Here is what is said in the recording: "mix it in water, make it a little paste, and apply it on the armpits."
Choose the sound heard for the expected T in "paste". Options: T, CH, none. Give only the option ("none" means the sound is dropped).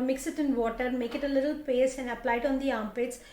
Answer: none